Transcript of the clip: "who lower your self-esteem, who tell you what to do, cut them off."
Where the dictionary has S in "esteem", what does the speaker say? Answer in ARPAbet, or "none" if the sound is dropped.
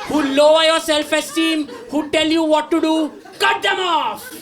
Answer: S